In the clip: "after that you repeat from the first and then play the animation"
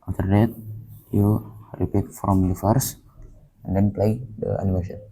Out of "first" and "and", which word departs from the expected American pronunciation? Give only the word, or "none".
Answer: first